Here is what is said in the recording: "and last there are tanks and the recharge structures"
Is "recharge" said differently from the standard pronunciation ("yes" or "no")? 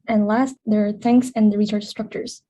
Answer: yes